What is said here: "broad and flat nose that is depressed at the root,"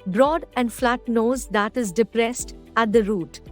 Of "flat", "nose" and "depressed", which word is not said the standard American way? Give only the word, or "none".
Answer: none